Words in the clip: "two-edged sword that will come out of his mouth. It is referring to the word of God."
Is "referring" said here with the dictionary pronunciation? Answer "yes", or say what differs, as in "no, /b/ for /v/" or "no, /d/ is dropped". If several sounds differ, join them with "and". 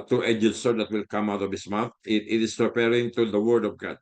no, /p/ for /f/